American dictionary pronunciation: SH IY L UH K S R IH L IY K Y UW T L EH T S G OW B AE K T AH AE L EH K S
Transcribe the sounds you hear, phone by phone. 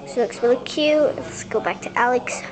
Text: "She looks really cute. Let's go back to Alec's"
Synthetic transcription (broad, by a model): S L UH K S W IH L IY K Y UW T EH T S G OW B AE K T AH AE L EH K S